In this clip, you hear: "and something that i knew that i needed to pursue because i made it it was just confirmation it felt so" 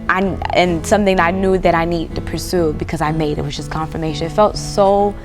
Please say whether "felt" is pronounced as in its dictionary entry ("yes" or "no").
yes